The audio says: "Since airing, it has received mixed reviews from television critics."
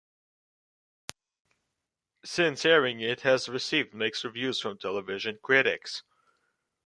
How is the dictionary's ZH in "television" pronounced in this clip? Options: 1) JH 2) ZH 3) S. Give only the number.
2